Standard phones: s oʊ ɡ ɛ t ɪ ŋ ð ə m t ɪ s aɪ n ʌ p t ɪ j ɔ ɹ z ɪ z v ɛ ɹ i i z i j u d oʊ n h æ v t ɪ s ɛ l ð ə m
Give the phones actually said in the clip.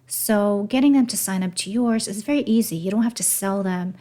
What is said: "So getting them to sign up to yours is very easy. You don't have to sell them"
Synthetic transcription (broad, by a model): s oʊ ɡ ɛ t ɪ ŋ ð ə m t ɪ s aɪ n ʌ p t ɪ j ɔ ɹ z ɪ z v ɛ ɹ i i z i j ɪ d oʊ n h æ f t ɪ s ɛ l ð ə m